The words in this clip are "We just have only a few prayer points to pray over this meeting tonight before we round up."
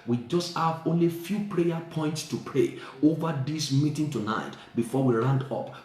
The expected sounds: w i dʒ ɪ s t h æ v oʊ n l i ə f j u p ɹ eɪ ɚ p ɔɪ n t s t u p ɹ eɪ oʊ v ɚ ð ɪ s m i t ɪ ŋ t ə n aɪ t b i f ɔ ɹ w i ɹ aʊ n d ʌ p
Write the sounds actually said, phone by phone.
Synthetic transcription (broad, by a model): w i dʒ ɪ s t h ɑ v oʊ n l i f j u p ɹ eɪ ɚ p ɔɪ n t s t u p ɹ eɪ oʊ v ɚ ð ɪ s m i t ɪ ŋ t ə n aɪ t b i f ɔ w i ɹ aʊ n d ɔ p